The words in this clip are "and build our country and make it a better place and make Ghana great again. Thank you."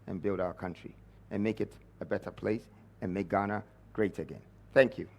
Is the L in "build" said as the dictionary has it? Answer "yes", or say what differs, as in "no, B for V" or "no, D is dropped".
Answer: yes